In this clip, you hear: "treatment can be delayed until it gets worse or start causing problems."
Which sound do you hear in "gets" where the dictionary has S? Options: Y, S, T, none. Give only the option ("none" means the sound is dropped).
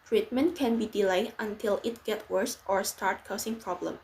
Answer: none